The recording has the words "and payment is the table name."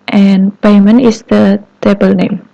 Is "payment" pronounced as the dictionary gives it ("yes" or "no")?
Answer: no